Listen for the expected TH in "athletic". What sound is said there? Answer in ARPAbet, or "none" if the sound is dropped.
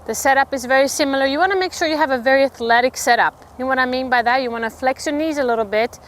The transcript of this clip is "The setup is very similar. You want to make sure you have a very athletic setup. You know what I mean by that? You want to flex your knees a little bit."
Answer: TH